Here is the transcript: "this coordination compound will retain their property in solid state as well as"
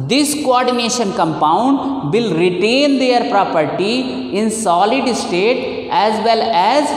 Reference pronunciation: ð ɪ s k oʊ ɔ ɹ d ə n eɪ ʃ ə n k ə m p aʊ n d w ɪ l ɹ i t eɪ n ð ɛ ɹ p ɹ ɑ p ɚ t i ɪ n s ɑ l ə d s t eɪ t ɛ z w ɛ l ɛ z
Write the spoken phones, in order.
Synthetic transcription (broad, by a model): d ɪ s k oʊ ɔ ɹ d ə n eɪ ʃ ə n k ə m p aʊ n d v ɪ l ɹ i t eɪ n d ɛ ɹ p ɹ ɑ p ɚ t i ɪ n s ɑ l ə d s t eɪ t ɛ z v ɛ l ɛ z